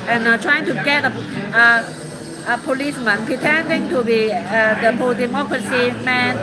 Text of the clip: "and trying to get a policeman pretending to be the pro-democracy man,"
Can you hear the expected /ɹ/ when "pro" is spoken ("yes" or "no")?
no